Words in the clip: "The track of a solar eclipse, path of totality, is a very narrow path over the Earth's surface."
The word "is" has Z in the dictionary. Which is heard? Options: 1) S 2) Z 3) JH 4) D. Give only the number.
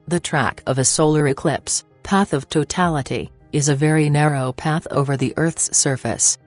2